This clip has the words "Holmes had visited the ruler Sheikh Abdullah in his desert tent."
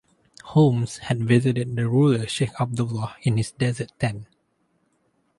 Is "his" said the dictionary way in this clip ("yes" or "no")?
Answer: no